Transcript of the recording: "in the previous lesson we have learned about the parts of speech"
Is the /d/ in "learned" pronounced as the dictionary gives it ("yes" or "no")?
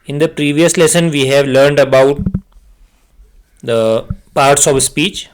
yes